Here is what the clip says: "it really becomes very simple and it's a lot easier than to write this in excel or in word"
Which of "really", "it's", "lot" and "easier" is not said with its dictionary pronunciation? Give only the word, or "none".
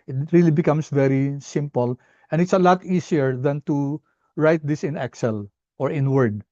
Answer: easier